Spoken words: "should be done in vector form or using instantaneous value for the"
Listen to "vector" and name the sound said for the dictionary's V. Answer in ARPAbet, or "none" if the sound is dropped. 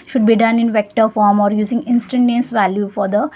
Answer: V